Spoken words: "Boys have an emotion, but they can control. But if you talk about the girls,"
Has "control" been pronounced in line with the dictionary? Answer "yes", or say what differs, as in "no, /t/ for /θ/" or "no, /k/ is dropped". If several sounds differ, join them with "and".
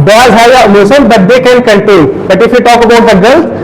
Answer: no, /ɹ/ is dropped and /n/ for /l/